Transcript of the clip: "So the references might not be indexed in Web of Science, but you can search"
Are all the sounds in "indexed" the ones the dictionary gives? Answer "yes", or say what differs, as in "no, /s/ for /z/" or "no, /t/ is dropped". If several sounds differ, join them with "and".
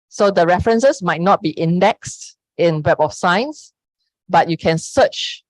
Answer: yes